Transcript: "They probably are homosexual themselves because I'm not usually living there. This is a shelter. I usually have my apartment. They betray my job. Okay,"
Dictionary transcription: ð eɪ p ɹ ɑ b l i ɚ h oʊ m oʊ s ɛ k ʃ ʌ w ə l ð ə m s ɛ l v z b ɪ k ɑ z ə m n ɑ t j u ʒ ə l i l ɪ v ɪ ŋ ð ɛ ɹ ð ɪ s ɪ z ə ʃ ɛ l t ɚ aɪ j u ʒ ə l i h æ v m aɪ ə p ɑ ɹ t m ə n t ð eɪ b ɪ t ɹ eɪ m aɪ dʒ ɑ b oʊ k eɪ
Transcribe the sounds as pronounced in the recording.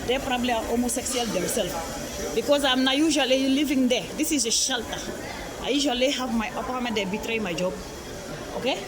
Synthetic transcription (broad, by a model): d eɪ p ɹ ɑ b l i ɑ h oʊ m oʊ s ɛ k s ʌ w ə l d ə m s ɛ l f b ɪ k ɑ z ə m n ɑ j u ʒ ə l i l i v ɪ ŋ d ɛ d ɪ s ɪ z ə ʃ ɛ l t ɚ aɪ j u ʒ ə l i h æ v m aɪ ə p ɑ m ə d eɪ b ɪ t ɹ eɪ m aɪ dʒ ɑ b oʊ k eɪ